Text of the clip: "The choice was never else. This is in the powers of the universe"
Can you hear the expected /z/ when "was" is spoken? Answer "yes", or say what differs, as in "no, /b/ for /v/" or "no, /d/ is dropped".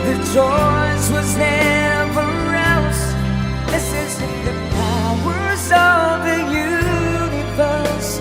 yes